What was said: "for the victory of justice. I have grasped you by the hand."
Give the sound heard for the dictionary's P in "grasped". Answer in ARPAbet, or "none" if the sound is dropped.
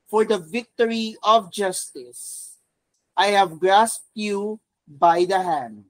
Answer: P